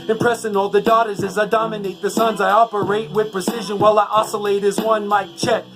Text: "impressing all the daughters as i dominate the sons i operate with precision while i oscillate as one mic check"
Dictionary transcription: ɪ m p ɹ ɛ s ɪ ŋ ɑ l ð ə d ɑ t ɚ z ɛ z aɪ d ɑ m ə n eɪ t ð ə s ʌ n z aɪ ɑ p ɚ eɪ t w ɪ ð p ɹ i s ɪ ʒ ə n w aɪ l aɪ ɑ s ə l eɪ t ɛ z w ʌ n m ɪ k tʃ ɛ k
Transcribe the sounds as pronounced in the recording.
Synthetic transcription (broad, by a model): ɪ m p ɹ ɛ s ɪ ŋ ɑ l ð ə d ɑ t ɚ z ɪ z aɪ d ɑ m ə n eɪ t ð ə s ʌ n z aɪ ɑ p ɚ eɪ t w ɪ ð p ɹ i s ɪ ʒ ə n w aɪ l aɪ ɑ s ə l eɪ t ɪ z w ʌ n m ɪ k tʃ ɛ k